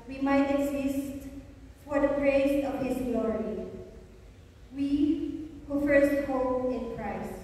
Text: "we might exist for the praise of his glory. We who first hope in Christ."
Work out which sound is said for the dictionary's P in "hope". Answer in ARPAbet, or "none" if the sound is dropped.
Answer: none